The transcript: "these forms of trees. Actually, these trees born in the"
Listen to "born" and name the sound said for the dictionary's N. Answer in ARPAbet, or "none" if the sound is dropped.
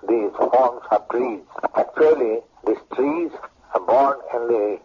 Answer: N